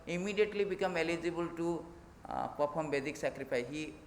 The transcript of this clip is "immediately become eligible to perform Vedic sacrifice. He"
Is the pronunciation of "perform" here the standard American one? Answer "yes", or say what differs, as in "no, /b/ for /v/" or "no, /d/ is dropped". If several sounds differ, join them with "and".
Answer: no, /p/ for /f/